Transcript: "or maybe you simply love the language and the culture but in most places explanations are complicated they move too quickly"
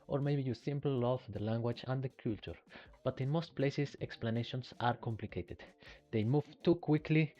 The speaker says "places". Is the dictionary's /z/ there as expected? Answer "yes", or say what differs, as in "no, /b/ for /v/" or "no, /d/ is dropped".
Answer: no, /s/ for /z/